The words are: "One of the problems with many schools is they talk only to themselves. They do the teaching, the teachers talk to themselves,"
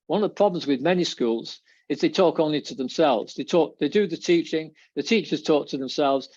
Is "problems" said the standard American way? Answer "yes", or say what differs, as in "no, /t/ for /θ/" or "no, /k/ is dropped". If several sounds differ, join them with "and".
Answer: yes